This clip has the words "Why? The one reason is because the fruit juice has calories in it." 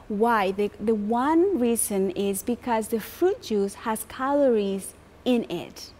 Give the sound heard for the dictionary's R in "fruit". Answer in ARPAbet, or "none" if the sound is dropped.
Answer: R